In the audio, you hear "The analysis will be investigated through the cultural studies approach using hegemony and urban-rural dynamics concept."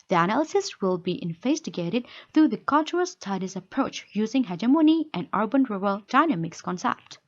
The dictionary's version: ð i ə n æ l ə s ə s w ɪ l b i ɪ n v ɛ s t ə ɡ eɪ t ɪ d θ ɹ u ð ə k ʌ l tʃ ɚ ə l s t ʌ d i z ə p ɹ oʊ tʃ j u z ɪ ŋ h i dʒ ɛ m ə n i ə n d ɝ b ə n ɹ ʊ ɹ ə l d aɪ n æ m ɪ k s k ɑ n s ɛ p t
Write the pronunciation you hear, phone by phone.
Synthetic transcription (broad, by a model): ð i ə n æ l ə s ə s w ɪ l b i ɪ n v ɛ s t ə ɡ eɪ t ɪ d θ ɹ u ð ə k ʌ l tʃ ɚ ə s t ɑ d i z ə p ɹ oʊ tʃ j u z ɪ ŋ h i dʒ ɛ m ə n i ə n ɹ b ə n ɹ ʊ ɹ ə l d aɪ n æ m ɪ k s k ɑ n s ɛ p t